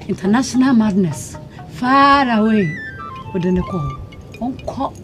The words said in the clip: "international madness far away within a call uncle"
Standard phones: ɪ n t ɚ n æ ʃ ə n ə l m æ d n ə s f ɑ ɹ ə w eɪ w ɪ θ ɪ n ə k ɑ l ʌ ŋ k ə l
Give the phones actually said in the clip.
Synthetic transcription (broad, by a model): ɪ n t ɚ n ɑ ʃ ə n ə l m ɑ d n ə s f ɑ ɹ ə w eɪ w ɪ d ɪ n ə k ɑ w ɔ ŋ k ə